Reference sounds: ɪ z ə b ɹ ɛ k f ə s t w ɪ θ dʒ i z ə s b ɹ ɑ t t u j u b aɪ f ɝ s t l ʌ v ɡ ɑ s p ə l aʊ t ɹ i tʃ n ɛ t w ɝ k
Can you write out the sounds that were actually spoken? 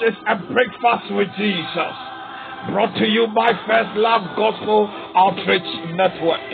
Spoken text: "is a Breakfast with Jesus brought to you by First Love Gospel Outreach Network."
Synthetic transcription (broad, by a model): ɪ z ə b ɹ ɛ k f ə s t w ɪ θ dʒ i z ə s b ɹ ɑ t t u j u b aɪ f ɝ s t l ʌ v ɡ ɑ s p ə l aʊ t ɹ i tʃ n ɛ t w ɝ k